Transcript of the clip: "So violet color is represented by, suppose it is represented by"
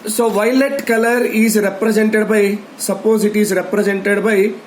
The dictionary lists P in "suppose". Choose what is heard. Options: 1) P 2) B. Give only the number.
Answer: 1